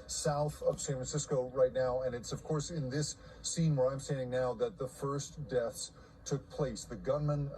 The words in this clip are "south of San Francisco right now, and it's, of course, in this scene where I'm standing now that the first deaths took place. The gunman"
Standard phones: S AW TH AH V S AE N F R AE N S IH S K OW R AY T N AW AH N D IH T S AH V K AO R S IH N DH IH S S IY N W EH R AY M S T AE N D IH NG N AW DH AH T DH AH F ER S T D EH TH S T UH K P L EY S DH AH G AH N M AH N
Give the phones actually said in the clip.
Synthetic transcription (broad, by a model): S AW TH AH V S AE N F R N S IH S K OW R AY T N AW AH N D IH T S AH V K AO R S IH N DH IH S S IY N W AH R AY M S T AE N D IH NG N AW DH AH T DH AH F ER S D EH TH S T UH K P L EY S DH AH G AH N M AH N